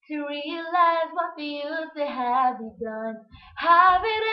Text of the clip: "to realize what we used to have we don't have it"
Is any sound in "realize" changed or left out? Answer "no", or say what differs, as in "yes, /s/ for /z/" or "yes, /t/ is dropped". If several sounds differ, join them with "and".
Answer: no